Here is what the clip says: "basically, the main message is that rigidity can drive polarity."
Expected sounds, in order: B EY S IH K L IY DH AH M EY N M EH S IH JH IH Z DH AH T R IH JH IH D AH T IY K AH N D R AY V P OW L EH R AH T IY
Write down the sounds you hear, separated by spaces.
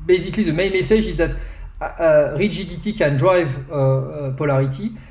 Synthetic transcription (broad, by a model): B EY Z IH K L IY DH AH M EY N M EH S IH ZH IH Z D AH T R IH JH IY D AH T IY K AH N D R AY V P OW L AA R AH T IY